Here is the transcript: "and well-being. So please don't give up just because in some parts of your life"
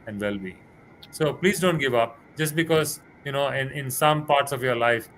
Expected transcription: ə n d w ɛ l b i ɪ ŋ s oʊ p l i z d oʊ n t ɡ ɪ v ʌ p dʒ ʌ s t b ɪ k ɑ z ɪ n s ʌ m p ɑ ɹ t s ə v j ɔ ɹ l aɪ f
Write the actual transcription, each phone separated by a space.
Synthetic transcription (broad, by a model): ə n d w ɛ l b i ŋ s oʊ p l i z d oʊ n t ɡ ɪ v ʌ p dʒ ʌ s t b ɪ k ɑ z ɪ n s ʌ m p ɑ ɹ t s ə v j ɔ ɹ l aɪ f